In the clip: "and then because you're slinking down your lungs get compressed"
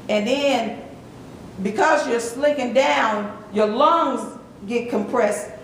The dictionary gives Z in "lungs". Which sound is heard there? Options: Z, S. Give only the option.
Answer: Z